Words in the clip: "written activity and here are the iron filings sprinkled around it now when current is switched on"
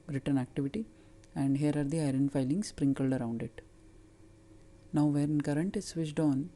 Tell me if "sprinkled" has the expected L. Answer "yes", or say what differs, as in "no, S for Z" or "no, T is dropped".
yes